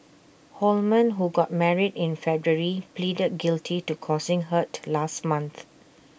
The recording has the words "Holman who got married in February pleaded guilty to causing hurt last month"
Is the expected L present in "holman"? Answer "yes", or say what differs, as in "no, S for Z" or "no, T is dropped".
yes